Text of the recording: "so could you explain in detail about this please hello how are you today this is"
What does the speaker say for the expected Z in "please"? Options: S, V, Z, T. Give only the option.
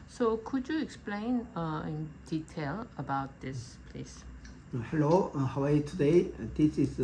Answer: S